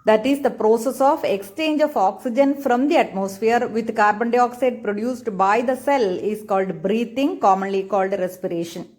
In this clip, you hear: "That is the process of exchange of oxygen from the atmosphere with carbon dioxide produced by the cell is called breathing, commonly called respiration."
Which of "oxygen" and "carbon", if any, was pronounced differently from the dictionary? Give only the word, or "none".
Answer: none